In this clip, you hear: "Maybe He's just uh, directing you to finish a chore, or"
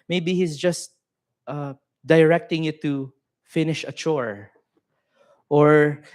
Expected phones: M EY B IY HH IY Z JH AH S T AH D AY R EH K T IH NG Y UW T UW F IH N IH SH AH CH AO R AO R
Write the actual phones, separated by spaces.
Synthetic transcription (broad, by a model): M EY B IY HH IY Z JH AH S T AH D AY R EH K T IH NG Y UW T UW F IH N IH SH AH CH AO R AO R